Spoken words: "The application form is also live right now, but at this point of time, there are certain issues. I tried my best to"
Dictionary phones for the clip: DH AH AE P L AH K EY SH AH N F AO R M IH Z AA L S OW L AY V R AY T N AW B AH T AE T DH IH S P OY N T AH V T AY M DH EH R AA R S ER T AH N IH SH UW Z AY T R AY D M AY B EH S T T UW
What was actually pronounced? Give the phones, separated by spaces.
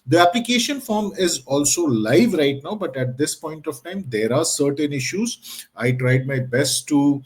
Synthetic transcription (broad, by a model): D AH AE P L AH K EY SH AH N F AO R M IH Z AA L S OW L AY V R AY T N AW B AH T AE T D IH S P OY N T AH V T AY M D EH R AA R S ER T AH N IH SH UW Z AY T R AY D M AY B EH S T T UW